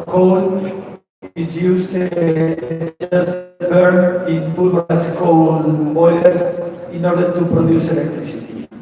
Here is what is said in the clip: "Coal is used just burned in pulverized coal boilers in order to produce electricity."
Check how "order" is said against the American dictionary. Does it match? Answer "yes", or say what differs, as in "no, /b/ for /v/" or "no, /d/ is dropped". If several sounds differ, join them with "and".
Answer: yes